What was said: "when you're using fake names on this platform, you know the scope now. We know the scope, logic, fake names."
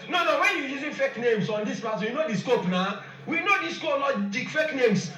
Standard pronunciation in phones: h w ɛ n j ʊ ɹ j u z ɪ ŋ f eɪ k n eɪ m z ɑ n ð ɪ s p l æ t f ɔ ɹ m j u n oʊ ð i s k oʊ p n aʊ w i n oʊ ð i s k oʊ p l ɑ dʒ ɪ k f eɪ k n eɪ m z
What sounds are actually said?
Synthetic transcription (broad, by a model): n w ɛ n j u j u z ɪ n f eɪ k n eɪ m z ɑ n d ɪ s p ɑ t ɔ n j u n oʊ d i s k oʊ p n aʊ w i n oʊ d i s k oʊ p l ɑ dʒ ɪ k f eɪ k n eɪ m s